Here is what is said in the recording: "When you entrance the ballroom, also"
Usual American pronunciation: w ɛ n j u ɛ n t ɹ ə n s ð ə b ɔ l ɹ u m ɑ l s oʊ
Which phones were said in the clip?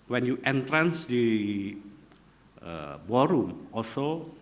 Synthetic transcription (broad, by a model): w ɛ n j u ɛ n t ɹ ə n s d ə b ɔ ɹ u m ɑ l s oʊ